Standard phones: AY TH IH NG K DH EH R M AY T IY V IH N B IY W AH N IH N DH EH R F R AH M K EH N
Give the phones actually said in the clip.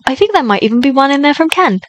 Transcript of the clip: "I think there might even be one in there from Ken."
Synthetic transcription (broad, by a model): AY TH IH NG K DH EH M AY T IY V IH N B IY W AH N IH N DH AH R F R AH M K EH N